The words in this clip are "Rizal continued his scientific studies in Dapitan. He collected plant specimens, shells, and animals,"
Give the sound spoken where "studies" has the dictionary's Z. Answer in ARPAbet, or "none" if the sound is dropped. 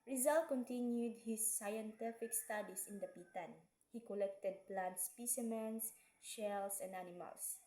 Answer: S